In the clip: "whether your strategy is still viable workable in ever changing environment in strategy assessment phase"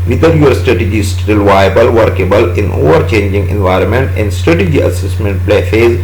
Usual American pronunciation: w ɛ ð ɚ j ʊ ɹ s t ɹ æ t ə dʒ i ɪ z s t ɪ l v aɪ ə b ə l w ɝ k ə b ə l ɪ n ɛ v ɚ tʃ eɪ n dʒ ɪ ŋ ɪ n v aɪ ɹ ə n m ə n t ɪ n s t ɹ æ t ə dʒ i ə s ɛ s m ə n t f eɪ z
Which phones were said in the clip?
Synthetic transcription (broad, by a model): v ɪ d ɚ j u ɹ s t ɹ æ t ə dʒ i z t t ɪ l v aɪ ə b ə l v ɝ k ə b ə l ɪ n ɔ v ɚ tʃ eɪ n dʒ ɪ ŋ ɪ n v aɪ ɹ ə n m ə n t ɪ n s t ɹ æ t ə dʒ i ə s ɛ s m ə n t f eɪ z